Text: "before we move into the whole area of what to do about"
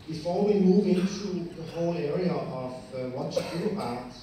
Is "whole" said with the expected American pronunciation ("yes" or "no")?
yes